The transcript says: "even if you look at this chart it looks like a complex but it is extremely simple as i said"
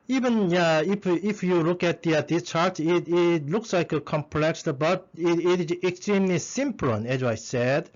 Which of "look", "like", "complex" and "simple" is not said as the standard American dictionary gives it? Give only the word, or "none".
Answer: simple